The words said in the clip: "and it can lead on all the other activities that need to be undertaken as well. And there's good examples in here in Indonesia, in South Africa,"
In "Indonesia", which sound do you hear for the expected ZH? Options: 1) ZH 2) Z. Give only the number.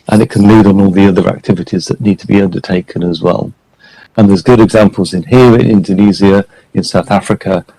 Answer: 2